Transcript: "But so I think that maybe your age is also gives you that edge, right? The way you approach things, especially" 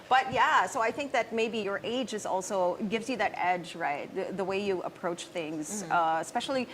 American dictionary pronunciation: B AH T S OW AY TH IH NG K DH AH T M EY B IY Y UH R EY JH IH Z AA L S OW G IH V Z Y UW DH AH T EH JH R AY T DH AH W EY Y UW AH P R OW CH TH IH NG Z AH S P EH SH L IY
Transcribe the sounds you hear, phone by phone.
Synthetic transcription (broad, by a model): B AH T S OW AY TH IH NG K DH AH T M EY B IY Y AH R EY JH IH Z AA L S OW G IH V Z Y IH DH AH T EH JH R AY T DH AH W EY Y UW AH P R OW CH TH IH NG Z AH S P EH SH L IY